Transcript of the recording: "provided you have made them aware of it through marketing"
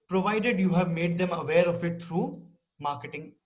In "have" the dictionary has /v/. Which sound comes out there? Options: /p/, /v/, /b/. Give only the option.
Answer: /v/